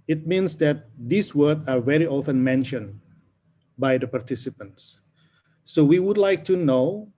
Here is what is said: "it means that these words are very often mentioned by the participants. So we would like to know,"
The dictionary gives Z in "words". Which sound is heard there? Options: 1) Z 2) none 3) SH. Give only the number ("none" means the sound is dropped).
2